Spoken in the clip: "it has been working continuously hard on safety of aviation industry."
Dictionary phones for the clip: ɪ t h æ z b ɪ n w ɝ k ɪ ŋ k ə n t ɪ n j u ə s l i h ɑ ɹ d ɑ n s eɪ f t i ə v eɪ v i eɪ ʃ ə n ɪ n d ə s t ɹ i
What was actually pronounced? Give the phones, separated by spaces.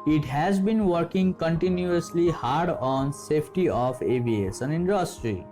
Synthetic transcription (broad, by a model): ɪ t h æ z b ɪ n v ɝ k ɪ ŋ k ə n t ɪ n j u ə s l i h ɑ ɹ d ɑ n s eɪ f t i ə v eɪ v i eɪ s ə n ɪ n d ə s t ɹ i